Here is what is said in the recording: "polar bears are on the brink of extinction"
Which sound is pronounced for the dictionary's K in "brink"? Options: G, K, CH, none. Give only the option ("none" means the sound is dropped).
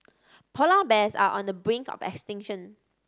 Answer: K